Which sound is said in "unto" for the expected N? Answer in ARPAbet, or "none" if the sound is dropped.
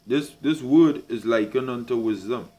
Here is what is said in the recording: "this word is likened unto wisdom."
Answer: N